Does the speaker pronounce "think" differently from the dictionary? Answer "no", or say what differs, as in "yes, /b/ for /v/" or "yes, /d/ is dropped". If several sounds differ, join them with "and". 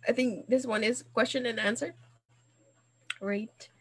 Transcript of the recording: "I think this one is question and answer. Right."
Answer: no